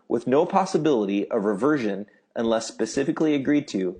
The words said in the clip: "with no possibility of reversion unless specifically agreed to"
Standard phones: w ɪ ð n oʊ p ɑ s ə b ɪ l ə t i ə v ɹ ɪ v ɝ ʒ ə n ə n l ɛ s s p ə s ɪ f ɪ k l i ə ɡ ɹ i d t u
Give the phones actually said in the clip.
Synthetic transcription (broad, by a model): w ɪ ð n oʊ p ɑ s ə b ɪ l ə t i ə v ɹ ɪ v ɝ ʒ ə n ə n l ɛ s s p ə s ɪ f ɪ k l i ə ɡ ɹ i d t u